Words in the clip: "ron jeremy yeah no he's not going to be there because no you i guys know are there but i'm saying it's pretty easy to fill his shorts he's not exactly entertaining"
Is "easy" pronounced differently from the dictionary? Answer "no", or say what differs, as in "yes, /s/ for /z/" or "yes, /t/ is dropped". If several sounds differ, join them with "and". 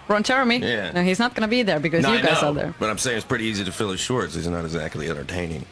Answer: no